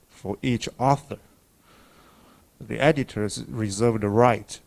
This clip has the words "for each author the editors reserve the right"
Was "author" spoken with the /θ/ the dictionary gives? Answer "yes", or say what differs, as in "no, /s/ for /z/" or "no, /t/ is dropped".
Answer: yes